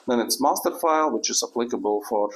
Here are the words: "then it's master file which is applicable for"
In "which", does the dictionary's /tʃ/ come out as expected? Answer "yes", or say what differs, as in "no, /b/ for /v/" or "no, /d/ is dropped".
yes